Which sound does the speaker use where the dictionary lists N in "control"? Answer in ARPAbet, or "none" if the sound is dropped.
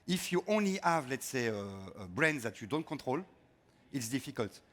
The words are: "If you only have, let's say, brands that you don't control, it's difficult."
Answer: none